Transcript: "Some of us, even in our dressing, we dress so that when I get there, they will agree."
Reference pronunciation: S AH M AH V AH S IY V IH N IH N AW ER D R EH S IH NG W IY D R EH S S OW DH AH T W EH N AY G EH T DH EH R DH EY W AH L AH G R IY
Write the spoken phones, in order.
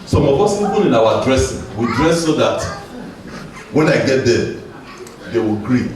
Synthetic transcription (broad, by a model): S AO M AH P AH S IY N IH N IH N AW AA D R EH S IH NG W IY D R EH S S OW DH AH T W EH N AY G EH T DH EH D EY W AH L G R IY